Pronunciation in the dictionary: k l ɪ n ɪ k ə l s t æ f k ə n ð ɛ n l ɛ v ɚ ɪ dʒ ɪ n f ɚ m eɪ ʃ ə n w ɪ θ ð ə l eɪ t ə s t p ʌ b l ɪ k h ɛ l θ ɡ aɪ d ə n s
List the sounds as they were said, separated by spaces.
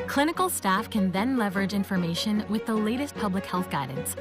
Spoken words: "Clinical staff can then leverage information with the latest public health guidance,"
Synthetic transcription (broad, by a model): k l ɪ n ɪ k l s t æ f k ə n ð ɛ n l ɛ v ɚ ɪ dʒ ɪ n f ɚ m eɪ ʃ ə n w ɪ ð ə l eɪ t ə s t p ʌ b l ɪ k h ɛ l θ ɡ aɪ d n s